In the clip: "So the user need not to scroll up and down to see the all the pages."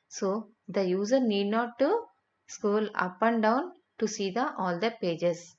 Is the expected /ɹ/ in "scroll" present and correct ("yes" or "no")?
no